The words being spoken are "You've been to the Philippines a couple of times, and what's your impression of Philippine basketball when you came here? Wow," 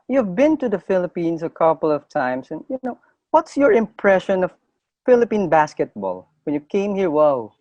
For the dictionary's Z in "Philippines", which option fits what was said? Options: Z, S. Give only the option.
S